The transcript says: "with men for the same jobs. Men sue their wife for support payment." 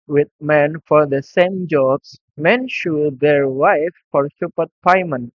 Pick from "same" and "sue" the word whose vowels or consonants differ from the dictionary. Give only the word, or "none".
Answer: sue